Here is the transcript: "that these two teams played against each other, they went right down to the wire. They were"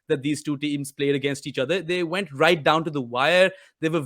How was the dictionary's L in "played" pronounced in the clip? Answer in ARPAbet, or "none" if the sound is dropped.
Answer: L